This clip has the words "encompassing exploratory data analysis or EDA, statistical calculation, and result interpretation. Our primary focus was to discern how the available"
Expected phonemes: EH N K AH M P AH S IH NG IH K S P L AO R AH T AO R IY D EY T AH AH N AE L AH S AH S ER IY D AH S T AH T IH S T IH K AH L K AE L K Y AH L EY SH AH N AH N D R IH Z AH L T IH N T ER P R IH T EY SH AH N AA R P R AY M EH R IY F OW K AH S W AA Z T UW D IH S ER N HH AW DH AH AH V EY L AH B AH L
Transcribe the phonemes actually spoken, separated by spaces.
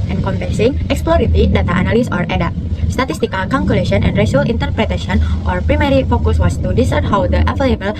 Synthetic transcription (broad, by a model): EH N K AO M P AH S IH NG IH K S P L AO R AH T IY D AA T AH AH N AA L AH S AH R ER D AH S T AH T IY S T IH K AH L K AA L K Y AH L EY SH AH N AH N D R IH S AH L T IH N T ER P R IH T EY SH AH N AA R P R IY M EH R IY F OW K AH S W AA S T UW D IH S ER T HH AW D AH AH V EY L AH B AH L